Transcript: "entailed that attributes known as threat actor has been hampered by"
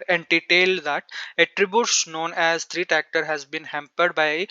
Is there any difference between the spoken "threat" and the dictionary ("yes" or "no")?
yes